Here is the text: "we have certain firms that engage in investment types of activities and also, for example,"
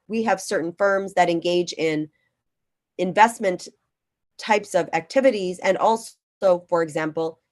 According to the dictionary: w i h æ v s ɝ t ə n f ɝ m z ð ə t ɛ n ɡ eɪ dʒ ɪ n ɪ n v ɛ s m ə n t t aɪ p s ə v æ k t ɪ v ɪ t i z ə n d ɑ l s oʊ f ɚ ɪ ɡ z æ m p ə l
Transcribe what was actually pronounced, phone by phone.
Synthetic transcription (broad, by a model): w i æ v s ɝ t n f ɝ m z ð ə t ɛ n ɡ eɪ dʒ ɪ n ɪ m v ɛ s m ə n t t aɪ p s ə v æ k t ɪ v ɪ t i z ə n ɑ l s oʊ f ɚ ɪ ɡ z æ m p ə l